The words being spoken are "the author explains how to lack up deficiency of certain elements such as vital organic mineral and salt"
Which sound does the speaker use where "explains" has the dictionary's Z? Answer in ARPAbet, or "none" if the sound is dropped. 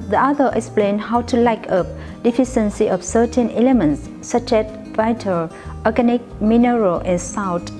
none